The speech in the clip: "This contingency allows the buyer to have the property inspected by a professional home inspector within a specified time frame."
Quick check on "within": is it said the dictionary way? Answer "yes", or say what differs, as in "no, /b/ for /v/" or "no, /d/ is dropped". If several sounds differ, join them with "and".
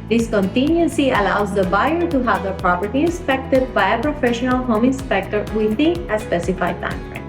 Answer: no, /n/ is dropped